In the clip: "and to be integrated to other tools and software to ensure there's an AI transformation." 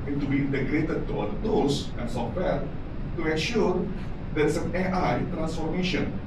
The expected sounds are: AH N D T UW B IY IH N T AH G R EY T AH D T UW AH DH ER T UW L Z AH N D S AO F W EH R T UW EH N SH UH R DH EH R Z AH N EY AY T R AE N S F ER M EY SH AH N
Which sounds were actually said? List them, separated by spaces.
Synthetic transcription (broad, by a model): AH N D T UW B IY IH N T AH G R EY T AH D T UW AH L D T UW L S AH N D S AO F W EH R T UW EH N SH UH R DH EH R S AH N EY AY T R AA N S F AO M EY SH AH N